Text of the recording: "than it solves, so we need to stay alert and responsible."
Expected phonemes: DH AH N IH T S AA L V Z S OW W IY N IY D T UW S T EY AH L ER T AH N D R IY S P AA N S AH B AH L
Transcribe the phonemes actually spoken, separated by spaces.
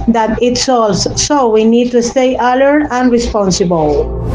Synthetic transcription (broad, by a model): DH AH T IH T S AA L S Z S OW W IY N IY D T UW S T EY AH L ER AH N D R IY S P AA N S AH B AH L